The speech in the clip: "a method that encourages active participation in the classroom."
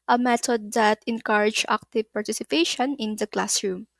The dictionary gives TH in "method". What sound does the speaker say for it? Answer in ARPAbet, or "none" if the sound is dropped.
T